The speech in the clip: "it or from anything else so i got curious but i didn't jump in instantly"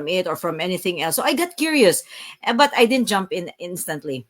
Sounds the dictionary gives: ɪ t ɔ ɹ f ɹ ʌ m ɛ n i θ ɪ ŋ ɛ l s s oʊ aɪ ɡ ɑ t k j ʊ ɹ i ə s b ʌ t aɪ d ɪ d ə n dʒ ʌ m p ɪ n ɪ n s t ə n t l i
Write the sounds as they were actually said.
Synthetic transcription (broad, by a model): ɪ t ɔ ɹ f ɹ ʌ m ɛ n i θ ɪ ŋ ɛ l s s oʊ aɪ ɡ ɑ t k j ʊ ɹ i ə s b ʌ t aɪ d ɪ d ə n dʒ ʌ m p ɪ n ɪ n s t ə n t l i